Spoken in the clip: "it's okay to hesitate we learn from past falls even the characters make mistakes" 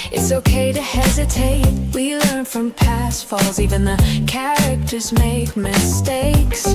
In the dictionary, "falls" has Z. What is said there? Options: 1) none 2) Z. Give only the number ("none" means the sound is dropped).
2